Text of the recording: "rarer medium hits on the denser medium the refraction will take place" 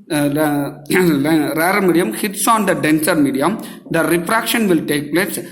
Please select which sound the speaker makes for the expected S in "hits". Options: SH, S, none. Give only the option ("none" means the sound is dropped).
S